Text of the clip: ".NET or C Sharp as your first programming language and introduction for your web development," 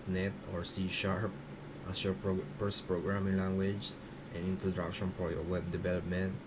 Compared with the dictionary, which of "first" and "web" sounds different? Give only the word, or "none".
first